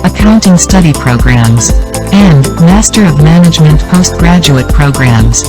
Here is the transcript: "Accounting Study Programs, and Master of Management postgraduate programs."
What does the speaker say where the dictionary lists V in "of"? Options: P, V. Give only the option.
V